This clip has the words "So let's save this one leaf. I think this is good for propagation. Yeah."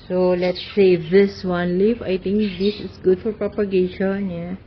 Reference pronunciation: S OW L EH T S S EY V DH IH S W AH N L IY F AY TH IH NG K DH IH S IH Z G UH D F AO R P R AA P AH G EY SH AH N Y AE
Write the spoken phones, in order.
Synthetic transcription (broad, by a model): S OW L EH T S S EY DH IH S W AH N L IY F AY T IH NG K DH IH S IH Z G UH D F AO R P R AA P AH G EY SH AH N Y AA